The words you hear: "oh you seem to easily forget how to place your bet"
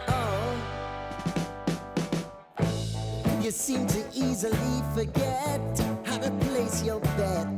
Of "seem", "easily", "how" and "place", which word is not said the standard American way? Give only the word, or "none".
none